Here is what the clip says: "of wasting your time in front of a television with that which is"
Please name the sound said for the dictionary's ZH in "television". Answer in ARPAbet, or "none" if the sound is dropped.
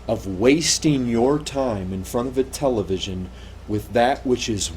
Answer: ZH